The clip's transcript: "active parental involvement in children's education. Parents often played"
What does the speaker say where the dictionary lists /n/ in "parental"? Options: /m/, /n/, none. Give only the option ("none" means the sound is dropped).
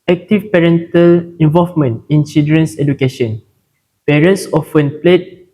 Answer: /n/